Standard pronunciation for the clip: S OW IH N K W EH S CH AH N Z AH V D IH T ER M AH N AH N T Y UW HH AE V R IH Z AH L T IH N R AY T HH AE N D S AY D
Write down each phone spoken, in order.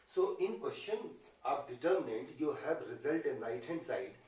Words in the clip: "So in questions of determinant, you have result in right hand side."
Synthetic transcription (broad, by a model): S OW IH N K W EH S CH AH N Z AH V D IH T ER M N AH N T Y UW HH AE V R IH Z AH L T IH N L AY T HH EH N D S AY D